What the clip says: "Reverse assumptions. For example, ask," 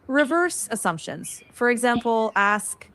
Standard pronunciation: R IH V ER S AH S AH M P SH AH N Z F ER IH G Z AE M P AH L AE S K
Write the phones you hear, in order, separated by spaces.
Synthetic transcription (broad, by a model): R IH V ER S AH S AH M P SH AH N Z F ER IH G Z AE M P L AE S K